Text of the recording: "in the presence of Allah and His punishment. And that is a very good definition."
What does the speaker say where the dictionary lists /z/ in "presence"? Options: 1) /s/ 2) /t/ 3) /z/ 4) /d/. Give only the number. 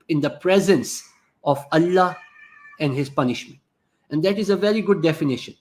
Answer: 3